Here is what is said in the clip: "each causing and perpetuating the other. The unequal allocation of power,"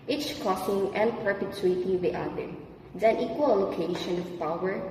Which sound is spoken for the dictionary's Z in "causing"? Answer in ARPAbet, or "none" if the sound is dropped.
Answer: S